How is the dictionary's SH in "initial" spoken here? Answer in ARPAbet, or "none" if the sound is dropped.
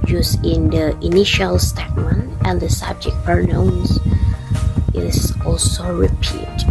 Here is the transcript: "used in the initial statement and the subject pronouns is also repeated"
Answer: SH